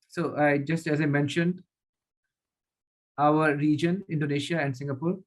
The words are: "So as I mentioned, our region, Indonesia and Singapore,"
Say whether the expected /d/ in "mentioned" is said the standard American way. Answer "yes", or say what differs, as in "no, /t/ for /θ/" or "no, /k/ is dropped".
yes